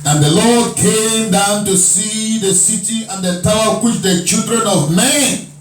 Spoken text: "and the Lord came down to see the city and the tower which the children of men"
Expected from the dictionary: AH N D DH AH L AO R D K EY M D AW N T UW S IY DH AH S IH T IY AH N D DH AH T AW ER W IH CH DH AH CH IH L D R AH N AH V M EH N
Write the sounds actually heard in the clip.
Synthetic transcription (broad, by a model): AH N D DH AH L AO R D K EY M D AW N T UW S IY DH AH S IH T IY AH N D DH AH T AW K W IH CH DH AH CH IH L D R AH N AH V M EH N